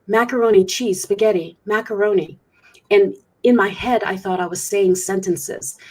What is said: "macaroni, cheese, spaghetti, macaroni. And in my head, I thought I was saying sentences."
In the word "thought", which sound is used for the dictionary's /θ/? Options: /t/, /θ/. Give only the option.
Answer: /θ/